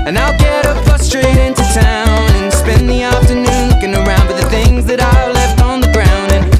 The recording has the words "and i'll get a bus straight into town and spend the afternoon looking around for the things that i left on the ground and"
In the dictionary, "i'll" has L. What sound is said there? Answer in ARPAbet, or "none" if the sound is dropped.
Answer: L